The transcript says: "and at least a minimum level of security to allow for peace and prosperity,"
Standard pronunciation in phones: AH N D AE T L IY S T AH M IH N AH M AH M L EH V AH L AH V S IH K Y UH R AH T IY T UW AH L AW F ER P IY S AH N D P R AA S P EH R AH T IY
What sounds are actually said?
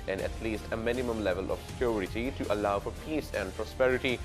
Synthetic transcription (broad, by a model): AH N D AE T L IY S T AH M IH N AH M AH M L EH V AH L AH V S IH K Y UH R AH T IY T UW AH L AW F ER P IY S AH N D P R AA S P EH R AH T IY